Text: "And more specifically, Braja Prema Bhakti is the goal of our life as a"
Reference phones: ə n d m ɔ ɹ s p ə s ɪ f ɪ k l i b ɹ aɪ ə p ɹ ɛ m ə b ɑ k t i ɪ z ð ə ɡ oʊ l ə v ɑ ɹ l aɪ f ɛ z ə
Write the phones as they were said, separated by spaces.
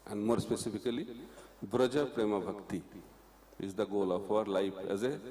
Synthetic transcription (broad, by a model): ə n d m ɔ ɹ s p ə s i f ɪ k l i b ɹ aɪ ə p ɹ ɛ m ə b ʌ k t i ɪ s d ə ɡ oʊ l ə p ɑ ɹ l aɪ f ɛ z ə